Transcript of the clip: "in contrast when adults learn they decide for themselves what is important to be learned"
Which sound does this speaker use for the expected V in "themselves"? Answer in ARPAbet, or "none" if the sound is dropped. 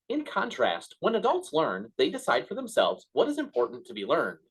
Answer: V